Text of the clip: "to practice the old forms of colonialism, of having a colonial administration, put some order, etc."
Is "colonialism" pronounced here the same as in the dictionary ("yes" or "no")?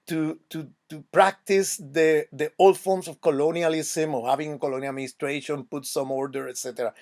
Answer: no